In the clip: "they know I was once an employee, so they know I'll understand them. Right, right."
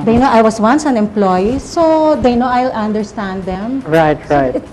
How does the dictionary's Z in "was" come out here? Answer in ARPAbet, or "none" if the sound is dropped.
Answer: S